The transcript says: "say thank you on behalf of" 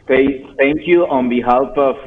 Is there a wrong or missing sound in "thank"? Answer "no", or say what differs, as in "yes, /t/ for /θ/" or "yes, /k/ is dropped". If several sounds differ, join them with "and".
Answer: yes, /t/ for /θ/